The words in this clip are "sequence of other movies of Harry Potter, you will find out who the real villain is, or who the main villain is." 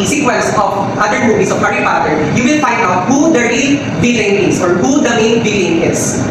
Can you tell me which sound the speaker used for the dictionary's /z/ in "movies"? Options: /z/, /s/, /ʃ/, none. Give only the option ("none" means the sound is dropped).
/s/